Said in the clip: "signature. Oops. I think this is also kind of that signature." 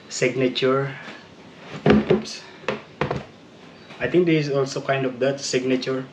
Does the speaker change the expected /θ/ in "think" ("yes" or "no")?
yes